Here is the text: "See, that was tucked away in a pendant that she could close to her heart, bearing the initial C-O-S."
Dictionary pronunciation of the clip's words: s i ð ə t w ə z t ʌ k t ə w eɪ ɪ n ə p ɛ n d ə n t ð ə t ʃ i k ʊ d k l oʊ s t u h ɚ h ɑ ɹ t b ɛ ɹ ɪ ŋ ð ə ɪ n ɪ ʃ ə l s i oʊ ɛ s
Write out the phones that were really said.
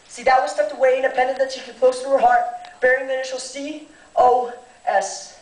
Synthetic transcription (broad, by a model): s i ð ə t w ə s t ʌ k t ə w eɪ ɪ n ə p ɛ n d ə n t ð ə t ʃ i k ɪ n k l oʊ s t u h ɚ h ɑ ɹ t b ɛ ɹ ɪ ŋ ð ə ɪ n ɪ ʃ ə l s i oʊ ɛ s